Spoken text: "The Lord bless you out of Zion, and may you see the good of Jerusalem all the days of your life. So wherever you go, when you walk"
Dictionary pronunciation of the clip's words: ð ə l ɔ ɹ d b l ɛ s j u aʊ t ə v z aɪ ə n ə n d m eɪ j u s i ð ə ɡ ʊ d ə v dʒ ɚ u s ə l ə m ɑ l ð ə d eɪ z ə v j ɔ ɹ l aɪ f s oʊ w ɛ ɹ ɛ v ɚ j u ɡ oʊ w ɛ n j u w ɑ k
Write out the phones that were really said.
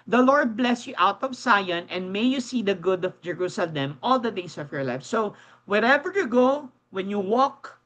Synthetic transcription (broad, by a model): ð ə l ɔ ɹ d b l ɛ s j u aʊ t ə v s aɪ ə n ə n d m eɪ j u s i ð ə ɡ ʊ d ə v dʒ ɚ u s ə l ə m ɑ l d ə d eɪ s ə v j ɔ ɹ l aɪ f s oʊ w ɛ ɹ ɛ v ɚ j u ɡ oʊ w ɛ n j u w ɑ k